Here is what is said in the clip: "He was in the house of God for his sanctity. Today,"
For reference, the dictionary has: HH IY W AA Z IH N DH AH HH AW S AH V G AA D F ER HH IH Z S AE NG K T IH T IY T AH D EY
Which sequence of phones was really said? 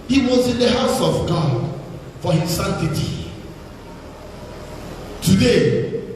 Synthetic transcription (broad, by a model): HH IY W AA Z IH N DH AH HH AW S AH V G AA D F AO HH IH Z S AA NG T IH T IY T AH D EY